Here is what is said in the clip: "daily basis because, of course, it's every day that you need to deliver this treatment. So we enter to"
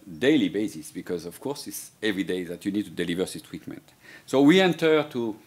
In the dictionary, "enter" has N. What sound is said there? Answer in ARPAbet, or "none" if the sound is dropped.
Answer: N